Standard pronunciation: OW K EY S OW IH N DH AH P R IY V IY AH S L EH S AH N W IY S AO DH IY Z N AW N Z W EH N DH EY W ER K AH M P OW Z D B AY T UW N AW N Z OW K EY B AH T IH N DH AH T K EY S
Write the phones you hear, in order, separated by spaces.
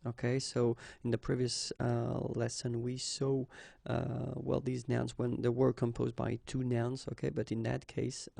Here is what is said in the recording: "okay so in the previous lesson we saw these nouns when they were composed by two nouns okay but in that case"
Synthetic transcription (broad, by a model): OW K EY S OW IH N DH AH P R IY V IY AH S L EH S AH N W IY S AO DH IY Z N AW N Z W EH N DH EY W ER K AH M P OW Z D B AY T UW N AW N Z OW K EY B AH T IH N DH AH T K EY S